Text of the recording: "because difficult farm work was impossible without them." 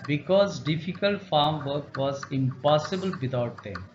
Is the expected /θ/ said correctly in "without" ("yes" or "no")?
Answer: no